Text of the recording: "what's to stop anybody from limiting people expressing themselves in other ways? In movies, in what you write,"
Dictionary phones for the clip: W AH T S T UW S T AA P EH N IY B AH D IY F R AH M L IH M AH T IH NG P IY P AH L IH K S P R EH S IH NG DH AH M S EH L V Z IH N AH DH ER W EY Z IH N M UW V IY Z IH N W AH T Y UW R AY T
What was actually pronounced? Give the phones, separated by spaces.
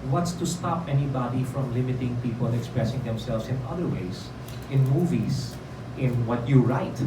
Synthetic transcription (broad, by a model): W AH T S T UW S T AA P EH N IY B AH D IY F R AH M L IH M AH T IH NG P IY P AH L IH K S P R EH S IH NG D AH M S EH L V S IH N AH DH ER W EY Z IH N M UW V IY S IH N W AH T Y UW R AY T